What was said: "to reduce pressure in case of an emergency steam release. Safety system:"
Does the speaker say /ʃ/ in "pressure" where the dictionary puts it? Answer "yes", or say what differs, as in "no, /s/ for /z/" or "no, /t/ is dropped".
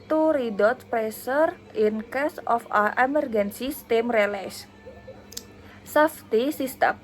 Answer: no, /s/ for /ʃ/